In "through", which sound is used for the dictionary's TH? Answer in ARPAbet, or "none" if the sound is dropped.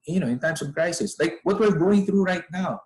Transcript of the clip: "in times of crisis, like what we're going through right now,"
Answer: TH